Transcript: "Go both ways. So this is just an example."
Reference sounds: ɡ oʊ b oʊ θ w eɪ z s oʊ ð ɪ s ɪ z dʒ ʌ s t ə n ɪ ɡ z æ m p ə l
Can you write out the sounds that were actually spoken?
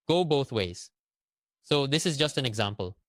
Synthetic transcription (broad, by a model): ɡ oʊ b oʊ θ w eɪ z s oʊ ð ɪ s ɪ z dʒ ʌ s t ə n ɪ ɡ z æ m p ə l